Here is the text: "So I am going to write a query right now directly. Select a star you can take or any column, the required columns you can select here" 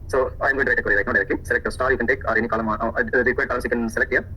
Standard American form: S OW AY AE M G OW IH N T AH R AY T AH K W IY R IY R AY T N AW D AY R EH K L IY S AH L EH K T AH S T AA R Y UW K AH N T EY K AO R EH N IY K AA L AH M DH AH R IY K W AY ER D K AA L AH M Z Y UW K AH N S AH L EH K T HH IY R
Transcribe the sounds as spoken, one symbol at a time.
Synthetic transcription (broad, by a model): S OW AY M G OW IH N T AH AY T AH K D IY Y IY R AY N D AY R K IY S AH L EH K T AH S T AA R Y UW K AH N T EY K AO R EH N IY K AA L AH M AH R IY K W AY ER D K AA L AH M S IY K AH N S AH L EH K T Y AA